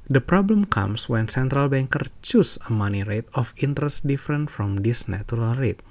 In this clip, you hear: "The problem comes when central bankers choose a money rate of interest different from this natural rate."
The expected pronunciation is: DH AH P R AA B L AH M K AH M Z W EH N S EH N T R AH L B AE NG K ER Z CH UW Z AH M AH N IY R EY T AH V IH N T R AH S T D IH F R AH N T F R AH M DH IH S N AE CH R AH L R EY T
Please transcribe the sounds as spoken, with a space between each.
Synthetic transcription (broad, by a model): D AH P R AA B L AH M K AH M S W EH N S EH N T R AH L B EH NG K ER CH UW S AH M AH N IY R EY T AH F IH N T R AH S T D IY F R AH N T F R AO M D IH S N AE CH R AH L R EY T